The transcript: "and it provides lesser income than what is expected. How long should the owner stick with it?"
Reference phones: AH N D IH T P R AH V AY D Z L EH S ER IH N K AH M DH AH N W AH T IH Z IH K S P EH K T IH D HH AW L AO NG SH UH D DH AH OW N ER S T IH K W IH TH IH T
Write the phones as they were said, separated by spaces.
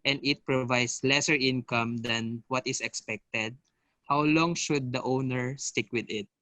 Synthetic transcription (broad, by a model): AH N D IH T P R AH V AY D S L EH S ER IH N K AH M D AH N W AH T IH S IH K S P EH K T IH D HH AW L AO NG SH UH D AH OW N ER S T IH K W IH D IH T